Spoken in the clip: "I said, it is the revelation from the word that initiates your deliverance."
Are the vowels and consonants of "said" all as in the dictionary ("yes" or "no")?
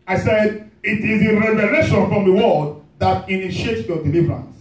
yes